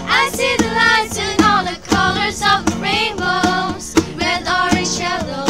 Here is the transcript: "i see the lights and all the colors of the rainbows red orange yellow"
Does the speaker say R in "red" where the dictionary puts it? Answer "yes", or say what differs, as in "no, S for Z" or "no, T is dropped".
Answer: no, W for R